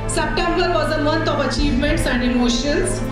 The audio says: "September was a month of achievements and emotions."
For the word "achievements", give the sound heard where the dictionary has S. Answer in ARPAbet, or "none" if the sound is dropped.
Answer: S